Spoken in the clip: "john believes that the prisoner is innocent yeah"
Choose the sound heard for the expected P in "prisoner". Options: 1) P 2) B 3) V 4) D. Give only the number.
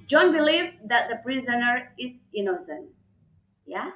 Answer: 1